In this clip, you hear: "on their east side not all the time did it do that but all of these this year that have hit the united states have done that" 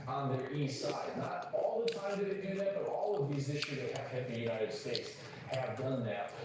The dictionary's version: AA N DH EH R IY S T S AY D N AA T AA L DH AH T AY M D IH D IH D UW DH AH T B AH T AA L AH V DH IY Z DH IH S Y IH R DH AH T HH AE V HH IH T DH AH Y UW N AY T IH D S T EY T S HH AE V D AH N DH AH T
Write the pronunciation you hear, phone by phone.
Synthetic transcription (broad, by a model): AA N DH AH R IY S S AY D N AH T AA L DH AH T AY M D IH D IH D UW DH AH T B AH T AA L AH V DH IY Z IH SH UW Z DH AH T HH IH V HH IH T DH AH Y UW N AY T IH D S T EY T S HH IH V D AH N DH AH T